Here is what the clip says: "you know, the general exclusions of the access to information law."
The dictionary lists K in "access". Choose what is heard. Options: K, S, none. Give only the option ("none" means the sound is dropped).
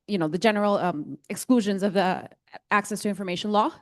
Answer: K